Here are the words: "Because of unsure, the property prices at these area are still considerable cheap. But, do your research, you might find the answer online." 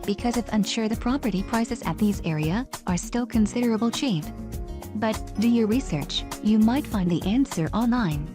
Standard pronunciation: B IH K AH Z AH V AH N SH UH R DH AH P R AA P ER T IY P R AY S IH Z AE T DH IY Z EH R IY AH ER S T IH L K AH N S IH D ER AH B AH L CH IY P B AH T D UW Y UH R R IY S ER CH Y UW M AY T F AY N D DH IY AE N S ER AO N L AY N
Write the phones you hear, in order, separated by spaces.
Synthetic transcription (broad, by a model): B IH K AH Z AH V AH N SH UH R DH AH P R AA P ER T IY P R AY S IH Z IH T DH IY Z EH R IY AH ER S T IH L K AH N S IH D ER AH B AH L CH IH F B AH T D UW Y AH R R IY S ER CH Y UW M AY T F AY N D DH IY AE N S ER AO N L AY N